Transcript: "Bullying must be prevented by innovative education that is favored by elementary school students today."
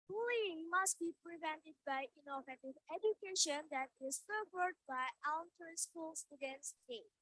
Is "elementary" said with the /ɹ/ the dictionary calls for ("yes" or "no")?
no